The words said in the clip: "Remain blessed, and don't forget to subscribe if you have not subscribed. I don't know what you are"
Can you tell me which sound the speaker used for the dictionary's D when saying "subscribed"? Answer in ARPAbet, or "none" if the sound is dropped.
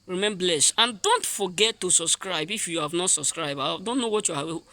none